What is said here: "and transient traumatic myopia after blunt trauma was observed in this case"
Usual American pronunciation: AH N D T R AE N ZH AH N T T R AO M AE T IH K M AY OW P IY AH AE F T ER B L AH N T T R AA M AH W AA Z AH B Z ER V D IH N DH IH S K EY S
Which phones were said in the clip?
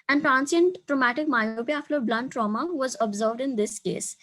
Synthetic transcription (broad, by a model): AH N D T R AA N S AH N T T R AO M AE T IH K M AY OW P IY AH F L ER B L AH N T T R AA M AH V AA Z AH B Z ER V D IH N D IH S K EY S